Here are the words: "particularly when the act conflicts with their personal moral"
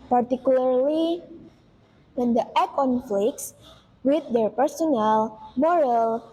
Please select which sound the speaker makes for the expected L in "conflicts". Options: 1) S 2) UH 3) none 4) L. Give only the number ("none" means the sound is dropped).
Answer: 4